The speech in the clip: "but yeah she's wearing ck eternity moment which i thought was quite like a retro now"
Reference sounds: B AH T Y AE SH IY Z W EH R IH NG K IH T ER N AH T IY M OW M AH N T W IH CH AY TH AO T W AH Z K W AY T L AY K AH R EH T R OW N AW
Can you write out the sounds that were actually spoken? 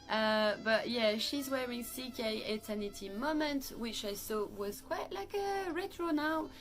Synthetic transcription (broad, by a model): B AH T Y AE SH IY Z W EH R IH NG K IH T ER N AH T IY M OW M AH N T W IH CH AY S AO W AH Z K W AY T L AY K AH R EH T R OW N AW